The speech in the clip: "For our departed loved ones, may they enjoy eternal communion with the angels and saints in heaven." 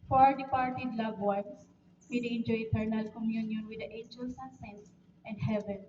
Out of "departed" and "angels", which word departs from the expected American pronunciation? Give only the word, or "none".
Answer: angels